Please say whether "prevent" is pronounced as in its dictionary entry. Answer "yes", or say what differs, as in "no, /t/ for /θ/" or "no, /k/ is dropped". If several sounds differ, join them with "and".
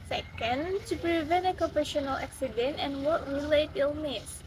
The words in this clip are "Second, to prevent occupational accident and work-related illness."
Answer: no, /t/ is dropped